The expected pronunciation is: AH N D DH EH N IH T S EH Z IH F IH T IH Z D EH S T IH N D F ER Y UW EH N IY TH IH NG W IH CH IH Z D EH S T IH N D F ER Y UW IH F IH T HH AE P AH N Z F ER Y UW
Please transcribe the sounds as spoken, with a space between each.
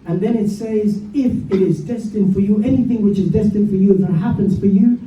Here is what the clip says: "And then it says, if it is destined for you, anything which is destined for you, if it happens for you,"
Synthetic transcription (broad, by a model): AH N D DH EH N IH T S EH Z IH F IH T IH Z D EH S T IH N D F ER Y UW EH N IY TH IH NG W IH CH IH Z D EH S T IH N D F ER Y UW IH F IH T HH AE P AH N Z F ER Y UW